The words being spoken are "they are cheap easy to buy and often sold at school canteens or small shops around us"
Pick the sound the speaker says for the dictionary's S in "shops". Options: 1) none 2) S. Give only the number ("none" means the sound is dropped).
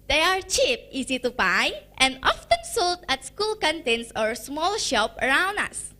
1